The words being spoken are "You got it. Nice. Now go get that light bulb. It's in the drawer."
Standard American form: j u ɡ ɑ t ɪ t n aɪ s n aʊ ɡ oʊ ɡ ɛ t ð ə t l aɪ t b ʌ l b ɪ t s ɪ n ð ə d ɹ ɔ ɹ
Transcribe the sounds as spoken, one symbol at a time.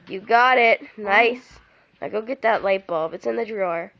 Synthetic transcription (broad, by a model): j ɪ ɡ ɑ t ɪ t n aɪ s l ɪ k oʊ ɡ ɛ t ð ə t l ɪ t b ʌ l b ɪ t s ɪ n ð ə d ɹ ɔ ɹ